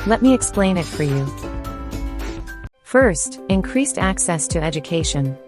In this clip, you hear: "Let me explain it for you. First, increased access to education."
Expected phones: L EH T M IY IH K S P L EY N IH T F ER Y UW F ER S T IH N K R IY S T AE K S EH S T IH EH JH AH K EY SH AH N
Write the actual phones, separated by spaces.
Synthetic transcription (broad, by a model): L EH T M IY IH K S P L EY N IH T F ER Y UW F ER S T IH N K R IY S T AE K S EH S T IH EH JH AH K EY SH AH N